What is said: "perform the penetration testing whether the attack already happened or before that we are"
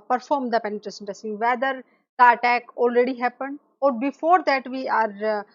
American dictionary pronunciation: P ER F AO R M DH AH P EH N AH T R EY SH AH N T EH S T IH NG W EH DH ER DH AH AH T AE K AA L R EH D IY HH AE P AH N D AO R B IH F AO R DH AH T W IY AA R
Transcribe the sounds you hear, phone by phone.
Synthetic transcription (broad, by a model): P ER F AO R M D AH P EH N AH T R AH S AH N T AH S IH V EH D ER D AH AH T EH K AA L R EH D IY HH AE P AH N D AO R B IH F AO R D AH T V IY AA R